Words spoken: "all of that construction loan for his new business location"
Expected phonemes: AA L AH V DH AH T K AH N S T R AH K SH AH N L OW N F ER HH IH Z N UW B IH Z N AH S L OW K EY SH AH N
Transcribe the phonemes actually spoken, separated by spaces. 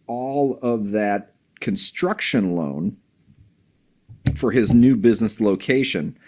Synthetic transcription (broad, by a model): AA L AH V DH AH T K AH N S T R AH K SH AH N L OW N F ER IH Z N UW B IH Z N AH S L OW K EY SH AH N